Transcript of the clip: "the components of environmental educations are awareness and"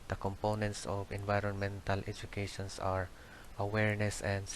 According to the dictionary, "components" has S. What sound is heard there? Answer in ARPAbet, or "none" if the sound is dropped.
S